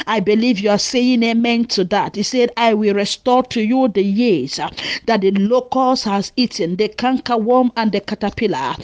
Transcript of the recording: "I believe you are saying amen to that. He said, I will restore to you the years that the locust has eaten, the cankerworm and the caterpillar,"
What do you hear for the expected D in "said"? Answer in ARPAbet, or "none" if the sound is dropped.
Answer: D